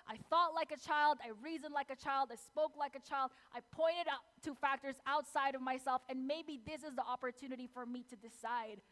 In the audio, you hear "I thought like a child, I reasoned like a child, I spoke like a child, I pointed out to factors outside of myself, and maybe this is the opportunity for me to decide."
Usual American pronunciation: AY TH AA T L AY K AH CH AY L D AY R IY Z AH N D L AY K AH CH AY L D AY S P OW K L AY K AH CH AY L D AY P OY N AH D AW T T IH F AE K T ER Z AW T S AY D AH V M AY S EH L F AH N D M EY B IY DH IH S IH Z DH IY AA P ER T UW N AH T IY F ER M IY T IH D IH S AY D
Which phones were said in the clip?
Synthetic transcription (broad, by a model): AY TH AA T L AY K AH CH AY L D AY R IY Z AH N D L AY K AH CH AY L D AY S P OW K L AY K AH CH AY L D AY P OY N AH D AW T T IH F AE K T ER Z AW T S AY D AH V M AY S EH L F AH N M EY B IY DH IH S IH Z DH IY AA P ER T UW N AH T IY F ER M IY T IH D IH S AY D